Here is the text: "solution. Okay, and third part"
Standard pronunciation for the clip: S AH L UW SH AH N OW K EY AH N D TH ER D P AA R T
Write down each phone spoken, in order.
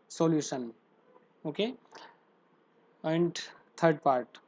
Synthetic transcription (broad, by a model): S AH L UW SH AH N OW K EY AH N D T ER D P AA R T